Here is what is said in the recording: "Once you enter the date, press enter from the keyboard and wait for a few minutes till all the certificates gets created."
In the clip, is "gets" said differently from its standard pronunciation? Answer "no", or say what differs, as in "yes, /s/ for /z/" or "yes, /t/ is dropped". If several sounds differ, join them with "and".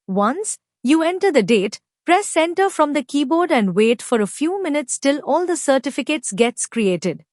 no